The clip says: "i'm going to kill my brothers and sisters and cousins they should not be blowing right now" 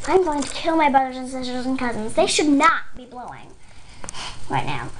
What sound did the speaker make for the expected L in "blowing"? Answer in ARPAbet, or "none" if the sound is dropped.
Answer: L